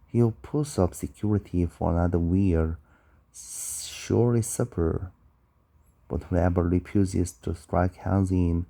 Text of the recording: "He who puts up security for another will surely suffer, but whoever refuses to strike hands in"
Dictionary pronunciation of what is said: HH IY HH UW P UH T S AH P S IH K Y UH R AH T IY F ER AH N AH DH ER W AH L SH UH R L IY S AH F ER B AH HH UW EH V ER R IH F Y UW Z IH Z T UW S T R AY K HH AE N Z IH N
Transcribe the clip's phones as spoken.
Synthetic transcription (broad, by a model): HH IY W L P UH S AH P S IH K Y UH R AH T IY F ER AH N AH DH ER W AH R SH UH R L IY S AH P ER B AH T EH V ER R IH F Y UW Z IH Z T UW S T R AY K HH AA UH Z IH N